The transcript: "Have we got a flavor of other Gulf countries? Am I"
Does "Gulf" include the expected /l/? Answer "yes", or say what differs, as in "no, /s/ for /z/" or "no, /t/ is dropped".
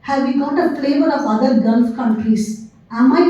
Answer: yes